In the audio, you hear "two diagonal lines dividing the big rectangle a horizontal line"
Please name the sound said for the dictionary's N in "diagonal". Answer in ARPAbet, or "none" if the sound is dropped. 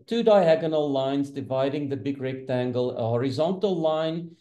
N